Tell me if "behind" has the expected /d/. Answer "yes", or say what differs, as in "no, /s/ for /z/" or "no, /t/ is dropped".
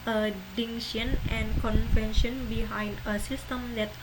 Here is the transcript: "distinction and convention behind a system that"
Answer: yes